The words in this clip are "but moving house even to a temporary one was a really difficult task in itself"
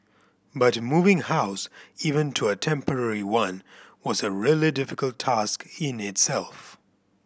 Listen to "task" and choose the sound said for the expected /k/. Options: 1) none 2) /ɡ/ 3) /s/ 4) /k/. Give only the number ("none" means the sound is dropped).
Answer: 4